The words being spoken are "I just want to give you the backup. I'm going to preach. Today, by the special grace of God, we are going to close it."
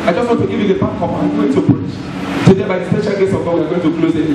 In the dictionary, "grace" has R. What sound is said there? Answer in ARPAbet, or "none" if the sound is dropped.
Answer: none